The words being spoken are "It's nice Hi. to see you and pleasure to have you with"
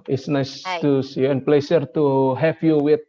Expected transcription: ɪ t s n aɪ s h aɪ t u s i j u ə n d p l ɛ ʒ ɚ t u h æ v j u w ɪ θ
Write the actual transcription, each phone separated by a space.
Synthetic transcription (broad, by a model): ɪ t s n aɪ s t u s j u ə n p l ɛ s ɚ t u h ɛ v j u w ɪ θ